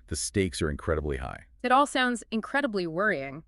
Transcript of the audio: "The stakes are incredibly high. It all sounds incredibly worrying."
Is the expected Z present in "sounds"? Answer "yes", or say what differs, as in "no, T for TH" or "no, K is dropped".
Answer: yes